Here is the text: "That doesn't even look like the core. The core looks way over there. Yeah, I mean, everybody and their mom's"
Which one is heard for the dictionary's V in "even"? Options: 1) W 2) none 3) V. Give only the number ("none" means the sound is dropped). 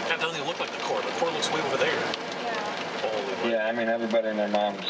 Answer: 2